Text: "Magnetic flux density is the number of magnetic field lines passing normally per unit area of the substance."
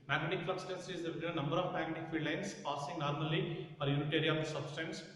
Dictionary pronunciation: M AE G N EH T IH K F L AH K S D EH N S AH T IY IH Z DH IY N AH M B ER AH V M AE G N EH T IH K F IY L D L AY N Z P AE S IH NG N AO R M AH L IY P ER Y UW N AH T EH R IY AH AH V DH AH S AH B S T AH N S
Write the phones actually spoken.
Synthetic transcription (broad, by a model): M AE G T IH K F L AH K S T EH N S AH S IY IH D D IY N AH M B ER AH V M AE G AH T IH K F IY D L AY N S P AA S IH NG N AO R M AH L IY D Y UW N AH T EH R IY AH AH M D S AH B S T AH N S